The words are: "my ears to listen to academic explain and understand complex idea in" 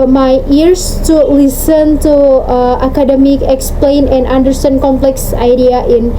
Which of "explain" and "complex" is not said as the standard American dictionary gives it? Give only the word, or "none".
none